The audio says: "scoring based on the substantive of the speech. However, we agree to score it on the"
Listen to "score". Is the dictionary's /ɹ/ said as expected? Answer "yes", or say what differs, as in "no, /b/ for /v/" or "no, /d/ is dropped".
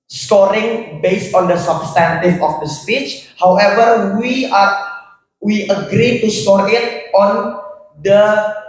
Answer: yes